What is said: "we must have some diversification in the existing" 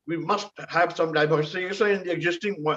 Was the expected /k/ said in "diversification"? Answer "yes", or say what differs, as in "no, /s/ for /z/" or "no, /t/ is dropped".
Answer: no, /k/ is dropped